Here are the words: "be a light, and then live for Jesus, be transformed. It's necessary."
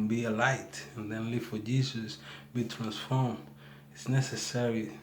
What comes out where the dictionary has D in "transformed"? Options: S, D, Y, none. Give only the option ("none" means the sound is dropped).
none